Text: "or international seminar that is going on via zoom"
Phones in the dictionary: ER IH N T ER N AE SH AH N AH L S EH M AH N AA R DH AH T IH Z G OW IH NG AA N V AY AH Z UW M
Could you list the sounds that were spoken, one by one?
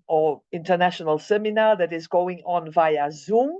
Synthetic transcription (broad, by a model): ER IH N T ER N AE SH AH N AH L S EH M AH N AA DH AH T IH Z G OW IH NG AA N V AY AH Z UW M